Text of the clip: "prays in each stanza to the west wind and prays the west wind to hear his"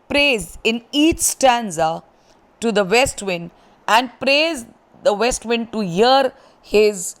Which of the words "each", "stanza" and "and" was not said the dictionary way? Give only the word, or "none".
none